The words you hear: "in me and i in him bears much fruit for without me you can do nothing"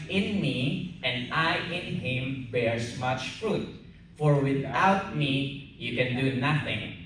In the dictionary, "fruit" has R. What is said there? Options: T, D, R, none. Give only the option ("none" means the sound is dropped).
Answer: R